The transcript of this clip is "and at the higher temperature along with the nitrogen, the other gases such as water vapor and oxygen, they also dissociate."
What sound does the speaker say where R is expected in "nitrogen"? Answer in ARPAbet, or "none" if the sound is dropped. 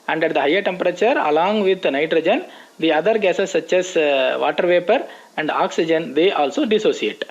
R